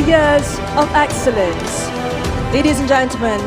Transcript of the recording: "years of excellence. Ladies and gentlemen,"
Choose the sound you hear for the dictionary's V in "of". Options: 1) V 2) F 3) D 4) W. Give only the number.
1